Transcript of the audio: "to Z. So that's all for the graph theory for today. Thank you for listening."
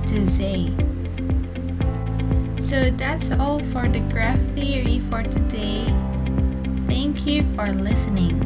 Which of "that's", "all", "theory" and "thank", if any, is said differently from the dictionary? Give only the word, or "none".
none